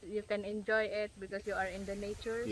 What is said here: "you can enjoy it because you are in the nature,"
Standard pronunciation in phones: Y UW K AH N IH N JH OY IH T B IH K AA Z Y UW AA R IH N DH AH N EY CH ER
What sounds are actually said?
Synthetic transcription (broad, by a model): Y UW K AH N IH N JH OY IH T B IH K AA S Y UW AA R IH N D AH N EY CH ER